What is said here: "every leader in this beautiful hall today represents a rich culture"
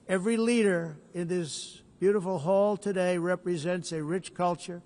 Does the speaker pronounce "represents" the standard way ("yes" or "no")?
yes